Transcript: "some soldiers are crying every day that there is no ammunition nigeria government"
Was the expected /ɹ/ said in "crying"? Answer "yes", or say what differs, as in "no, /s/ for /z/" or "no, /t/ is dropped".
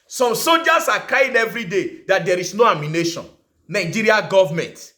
no, /ɹ/ is dropped